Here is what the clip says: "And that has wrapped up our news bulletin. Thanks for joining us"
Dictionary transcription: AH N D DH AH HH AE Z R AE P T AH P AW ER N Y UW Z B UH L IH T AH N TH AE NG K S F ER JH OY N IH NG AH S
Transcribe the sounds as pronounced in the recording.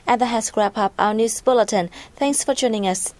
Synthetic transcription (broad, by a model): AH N DH AH HH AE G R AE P AH P AW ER N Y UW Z B UH L IH T AH N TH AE NG K S F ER JH OY N IH NG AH S